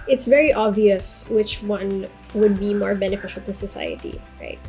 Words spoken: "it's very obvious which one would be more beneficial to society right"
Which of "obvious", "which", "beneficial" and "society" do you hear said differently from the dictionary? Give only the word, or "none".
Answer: none